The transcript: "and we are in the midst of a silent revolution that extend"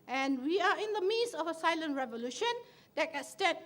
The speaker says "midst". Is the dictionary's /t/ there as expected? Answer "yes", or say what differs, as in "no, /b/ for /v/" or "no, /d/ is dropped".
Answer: no, /t/ is dropped